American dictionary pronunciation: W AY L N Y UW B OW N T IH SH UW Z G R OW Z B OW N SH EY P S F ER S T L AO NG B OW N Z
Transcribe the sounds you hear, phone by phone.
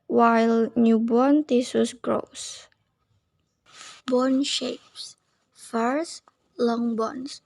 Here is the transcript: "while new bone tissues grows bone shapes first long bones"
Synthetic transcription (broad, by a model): W AY L N Y UW B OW N T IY S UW S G R OW S B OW N SH EY P S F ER S L AO NG B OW N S